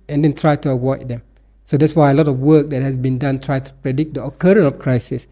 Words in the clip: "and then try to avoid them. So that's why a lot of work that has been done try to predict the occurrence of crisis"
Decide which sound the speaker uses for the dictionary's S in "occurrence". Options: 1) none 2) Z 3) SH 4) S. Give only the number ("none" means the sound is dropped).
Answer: 1